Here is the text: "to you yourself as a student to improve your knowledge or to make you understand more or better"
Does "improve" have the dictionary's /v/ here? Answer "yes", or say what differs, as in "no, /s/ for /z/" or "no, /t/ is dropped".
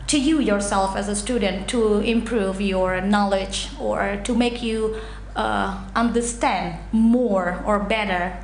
yes